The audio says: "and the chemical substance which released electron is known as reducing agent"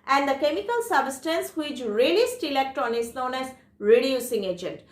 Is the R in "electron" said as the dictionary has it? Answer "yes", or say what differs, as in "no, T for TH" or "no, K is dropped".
no, R is dropped